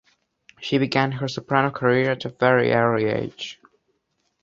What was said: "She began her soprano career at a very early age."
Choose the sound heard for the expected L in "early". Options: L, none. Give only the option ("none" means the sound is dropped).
none